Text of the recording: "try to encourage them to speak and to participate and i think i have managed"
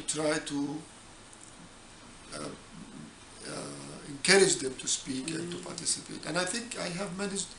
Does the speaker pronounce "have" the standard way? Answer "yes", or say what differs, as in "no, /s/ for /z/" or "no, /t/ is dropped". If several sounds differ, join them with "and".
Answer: yes